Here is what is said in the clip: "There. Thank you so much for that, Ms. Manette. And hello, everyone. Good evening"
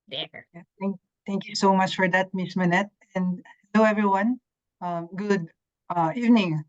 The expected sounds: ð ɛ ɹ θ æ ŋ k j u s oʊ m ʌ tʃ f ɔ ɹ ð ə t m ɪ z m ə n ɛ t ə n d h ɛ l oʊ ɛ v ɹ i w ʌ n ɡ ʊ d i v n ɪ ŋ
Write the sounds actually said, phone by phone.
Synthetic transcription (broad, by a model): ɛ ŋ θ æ ŋ k j u s oʊ m ʌ tʃ f ɔ ɹ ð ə t m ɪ s m ə n ɛ t ə n d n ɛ ʊ ɛ v ɹ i w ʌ n ɡ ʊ d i v n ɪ ŋ